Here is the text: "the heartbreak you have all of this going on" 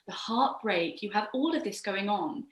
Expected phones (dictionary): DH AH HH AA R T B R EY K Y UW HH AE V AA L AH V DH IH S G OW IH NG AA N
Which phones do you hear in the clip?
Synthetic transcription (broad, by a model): DH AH HH AA T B R EY K Y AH V AA L AH V DH IH S G OW IH NG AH N